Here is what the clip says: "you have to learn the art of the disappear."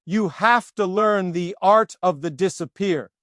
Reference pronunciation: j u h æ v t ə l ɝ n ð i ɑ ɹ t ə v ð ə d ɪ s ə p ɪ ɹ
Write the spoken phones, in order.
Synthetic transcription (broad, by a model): j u h æ f t ə l ɝ n ð i ɑ ɹ t ə v ð ə d ɪ s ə p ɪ ɹ